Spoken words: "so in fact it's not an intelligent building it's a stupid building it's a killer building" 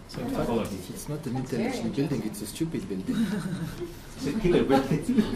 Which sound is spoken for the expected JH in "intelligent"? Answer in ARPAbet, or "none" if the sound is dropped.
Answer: SH